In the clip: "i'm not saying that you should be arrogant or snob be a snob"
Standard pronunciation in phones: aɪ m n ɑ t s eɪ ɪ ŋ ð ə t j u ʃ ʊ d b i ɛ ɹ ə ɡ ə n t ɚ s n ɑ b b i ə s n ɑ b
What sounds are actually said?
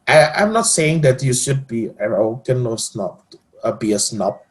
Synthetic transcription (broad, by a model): aɪ m n ɑ t s eɪ ɪ ŋ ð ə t j u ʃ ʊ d b i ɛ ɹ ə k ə n ɚ s n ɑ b b i ə s n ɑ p